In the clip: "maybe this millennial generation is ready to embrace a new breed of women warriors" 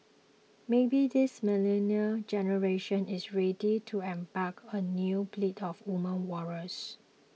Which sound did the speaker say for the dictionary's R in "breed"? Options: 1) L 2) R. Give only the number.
1